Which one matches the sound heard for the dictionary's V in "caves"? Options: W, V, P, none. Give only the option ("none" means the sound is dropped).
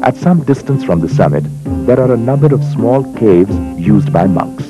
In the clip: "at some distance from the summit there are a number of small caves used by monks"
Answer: V